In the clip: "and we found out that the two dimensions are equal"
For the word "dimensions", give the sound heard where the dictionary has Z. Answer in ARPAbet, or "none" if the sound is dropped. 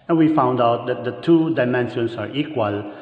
S